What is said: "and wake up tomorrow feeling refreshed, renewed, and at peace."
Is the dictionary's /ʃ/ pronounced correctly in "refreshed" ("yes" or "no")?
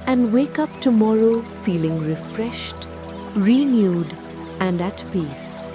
yes